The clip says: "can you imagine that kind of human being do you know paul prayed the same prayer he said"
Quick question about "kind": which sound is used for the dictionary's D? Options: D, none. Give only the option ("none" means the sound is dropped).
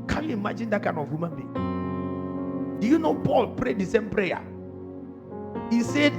none